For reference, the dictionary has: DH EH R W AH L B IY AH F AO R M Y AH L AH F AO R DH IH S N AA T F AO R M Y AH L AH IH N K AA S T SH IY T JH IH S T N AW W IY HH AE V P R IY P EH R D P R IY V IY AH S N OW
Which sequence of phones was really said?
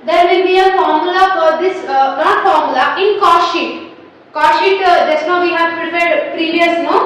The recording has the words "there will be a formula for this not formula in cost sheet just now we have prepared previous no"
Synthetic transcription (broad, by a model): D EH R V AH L B IY AH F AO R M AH L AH F AO R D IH S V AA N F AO R M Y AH L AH IH N K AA SH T SH IY T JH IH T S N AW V IY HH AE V P R IY P EH R D P R IY V IY AH S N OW